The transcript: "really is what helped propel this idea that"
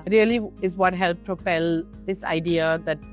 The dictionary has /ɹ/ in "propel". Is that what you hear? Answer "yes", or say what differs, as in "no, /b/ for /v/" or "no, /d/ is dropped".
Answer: no, /ɹ/ is dropped